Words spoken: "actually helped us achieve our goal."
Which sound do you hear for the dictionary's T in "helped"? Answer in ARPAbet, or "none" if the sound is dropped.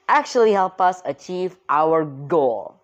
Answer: none